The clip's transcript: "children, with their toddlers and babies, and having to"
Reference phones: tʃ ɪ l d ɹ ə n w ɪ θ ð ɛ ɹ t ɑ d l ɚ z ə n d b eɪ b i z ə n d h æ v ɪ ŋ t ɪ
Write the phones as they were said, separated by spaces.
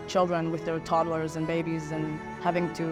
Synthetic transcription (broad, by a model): tʃ ɪ l d ɹ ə n w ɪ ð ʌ ɹ t ɑ d l ɚ z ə n b eɪ b i z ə n h æ v ɪ ŋ t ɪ